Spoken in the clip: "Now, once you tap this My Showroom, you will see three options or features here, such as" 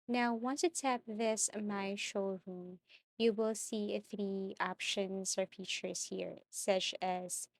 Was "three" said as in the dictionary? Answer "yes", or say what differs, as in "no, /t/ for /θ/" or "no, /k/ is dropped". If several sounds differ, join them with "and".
yes